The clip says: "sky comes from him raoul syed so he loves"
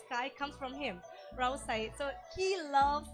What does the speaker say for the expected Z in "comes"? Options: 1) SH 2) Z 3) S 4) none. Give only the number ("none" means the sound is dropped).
3